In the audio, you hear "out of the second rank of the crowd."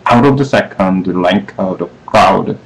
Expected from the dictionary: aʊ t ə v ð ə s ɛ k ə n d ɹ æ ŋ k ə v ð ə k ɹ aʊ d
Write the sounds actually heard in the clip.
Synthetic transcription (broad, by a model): aʊ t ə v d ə s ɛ k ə n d l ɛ ŋ k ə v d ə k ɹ aʊ d